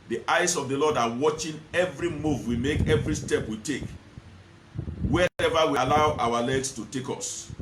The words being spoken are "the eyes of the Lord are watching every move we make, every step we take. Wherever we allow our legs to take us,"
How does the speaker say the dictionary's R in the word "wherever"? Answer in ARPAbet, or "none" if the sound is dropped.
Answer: none